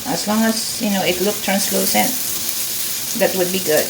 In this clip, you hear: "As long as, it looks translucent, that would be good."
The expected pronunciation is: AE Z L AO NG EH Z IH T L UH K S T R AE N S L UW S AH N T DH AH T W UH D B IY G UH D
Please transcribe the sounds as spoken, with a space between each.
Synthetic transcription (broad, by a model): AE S L AO NG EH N IH T L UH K T R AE N S L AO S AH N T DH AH T W UH D B IY G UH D